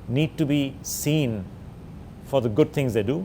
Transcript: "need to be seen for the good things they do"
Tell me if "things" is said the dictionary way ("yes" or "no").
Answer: no